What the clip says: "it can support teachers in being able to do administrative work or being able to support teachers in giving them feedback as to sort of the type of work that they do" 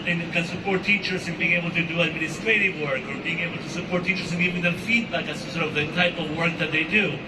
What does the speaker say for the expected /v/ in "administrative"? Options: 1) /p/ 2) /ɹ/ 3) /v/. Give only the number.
3